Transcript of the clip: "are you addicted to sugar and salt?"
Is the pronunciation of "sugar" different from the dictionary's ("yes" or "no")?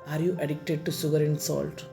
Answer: yes